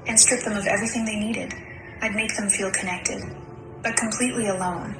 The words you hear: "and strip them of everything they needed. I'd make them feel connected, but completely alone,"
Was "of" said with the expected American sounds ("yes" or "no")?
yes